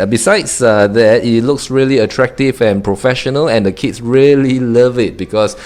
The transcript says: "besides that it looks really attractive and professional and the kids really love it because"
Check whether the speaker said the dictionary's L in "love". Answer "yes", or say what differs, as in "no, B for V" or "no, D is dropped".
yes